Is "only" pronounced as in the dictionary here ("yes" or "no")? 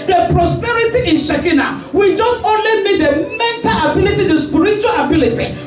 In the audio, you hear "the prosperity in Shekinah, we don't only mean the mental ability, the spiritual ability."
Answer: yes